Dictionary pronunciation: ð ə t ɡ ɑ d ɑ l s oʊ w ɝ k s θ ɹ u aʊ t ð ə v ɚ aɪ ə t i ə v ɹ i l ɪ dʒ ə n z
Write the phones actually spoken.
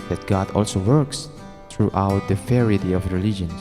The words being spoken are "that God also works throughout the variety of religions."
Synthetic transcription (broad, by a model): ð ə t ɡ ɑ d ɑ l s oʊ w ɝ k s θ ɹ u aʊ t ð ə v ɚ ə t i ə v ɹ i l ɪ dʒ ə n